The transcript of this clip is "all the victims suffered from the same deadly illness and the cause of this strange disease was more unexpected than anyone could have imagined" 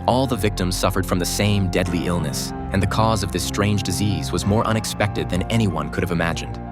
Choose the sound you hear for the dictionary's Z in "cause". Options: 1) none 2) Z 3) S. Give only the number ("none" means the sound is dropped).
2